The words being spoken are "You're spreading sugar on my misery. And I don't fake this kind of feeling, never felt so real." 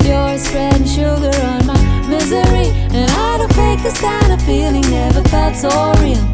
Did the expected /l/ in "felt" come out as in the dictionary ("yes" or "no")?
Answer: no